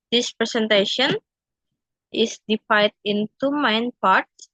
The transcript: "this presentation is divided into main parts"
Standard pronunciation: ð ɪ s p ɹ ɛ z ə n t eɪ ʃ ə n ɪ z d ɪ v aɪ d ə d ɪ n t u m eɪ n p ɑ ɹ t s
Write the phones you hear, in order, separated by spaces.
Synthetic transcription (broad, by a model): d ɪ s p ɹ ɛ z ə n t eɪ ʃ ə n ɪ s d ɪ f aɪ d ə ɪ n t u m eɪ n p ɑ ɹ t s